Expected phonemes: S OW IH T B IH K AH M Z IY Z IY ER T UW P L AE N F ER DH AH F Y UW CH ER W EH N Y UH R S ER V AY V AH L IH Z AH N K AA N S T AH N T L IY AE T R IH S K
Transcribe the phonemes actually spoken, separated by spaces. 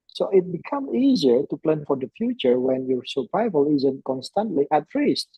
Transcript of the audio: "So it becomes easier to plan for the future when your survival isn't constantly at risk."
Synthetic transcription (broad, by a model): S OW IH T B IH K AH M IY Z IY ER T UW P L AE N F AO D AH F Y UW CH ER W EH N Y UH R S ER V AY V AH L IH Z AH N K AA N S T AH N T L IY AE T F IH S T